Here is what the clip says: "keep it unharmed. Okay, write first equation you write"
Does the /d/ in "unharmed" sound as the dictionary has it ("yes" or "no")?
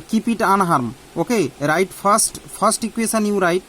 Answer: no